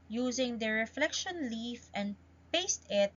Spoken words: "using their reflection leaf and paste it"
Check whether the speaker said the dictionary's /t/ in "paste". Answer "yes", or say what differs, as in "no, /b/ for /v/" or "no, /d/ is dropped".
yes